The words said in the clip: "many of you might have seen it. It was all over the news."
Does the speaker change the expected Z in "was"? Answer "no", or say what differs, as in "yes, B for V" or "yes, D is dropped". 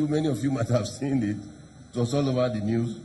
yes, S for Z